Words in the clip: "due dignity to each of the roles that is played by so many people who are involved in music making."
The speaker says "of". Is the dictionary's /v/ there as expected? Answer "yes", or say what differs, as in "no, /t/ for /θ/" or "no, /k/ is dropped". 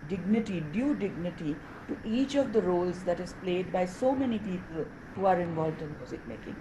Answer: yes